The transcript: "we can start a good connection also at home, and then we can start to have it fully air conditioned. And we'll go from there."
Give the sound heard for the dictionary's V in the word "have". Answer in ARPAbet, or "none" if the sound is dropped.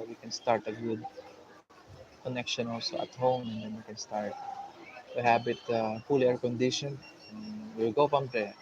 B